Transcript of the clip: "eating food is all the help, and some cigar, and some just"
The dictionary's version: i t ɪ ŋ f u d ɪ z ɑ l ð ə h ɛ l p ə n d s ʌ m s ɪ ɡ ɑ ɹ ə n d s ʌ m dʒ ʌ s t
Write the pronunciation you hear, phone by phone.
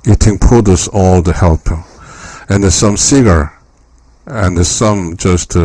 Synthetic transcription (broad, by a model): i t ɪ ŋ p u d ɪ s ɑ l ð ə h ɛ l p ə n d s ʌ m s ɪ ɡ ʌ ɹ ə n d s ʌ m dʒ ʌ s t